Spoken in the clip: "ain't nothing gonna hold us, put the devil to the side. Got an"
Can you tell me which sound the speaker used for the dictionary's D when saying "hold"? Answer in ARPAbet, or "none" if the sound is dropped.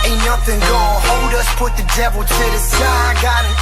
D